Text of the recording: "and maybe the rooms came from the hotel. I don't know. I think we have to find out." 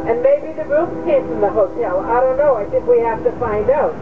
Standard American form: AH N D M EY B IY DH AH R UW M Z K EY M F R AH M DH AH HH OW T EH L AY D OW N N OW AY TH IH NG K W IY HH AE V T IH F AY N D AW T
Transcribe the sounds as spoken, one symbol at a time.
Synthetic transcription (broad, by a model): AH N M EY B IY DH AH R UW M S K EY M F R AH M DH AH HH OW T EH L AY D OW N N OW AY TH IH NG K W IY HH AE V T IH F AY N D AW T